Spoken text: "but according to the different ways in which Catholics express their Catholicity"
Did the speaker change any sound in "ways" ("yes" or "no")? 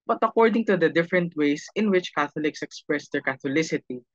yes